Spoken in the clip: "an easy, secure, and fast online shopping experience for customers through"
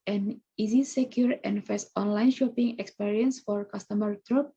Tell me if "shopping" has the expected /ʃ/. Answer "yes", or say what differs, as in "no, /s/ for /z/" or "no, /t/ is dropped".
yes